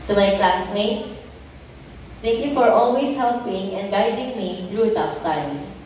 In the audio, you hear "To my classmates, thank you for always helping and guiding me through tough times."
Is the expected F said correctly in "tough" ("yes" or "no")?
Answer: yes